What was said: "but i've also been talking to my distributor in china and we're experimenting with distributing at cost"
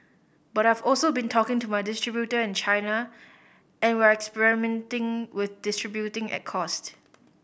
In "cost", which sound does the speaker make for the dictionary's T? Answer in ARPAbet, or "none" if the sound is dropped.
T